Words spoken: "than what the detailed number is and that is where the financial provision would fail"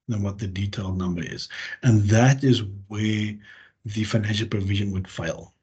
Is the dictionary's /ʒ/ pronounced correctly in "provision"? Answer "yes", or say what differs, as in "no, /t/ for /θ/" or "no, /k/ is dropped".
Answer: yes